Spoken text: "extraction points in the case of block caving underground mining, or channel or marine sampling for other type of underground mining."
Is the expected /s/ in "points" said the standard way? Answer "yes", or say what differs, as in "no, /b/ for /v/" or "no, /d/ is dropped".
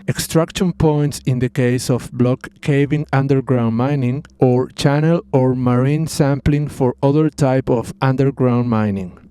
yes